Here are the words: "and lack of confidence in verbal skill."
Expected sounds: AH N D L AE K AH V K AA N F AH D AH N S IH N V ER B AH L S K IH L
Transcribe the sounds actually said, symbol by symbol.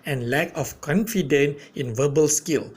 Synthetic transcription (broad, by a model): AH N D L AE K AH F K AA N F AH D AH N IH N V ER B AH L S K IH L